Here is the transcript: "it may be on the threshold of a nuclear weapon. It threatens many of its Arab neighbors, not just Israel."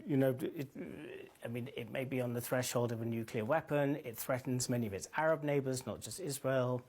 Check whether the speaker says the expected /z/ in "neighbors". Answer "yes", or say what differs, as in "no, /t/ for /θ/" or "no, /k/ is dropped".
yes